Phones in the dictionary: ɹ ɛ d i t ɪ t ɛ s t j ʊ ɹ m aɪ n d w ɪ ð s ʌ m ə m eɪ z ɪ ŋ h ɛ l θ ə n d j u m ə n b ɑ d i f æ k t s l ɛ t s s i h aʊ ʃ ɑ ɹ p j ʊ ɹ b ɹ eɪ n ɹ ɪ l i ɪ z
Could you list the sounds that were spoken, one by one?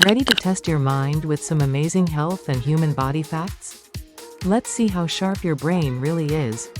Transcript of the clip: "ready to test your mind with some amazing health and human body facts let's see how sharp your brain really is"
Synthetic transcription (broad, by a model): ɹ ɛ d i t ɪ t ɛ s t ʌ ɹ m aɪ n d w ɪ ð s ʌ m ə m eɪ z ɪ ŋ h ɛ l θ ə n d j u m ə n b ɑ d i f æ k t s l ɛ t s s i h aʊ ʃ ɑ ɹ p j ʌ ɹ b ɹ eɪ n ɹ ɪ l i ɪ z